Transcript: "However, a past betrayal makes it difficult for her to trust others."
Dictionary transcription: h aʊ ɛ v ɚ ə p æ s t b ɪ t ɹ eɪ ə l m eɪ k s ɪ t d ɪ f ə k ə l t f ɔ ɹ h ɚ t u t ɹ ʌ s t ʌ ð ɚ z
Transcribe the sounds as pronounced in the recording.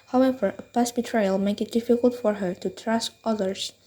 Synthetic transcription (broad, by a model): h aʊ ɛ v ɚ ə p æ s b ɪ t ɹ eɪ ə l m eɪ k ɪ t d ɪ f ə k ə l t f ɔ ɹ h ɚ t u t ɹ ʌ s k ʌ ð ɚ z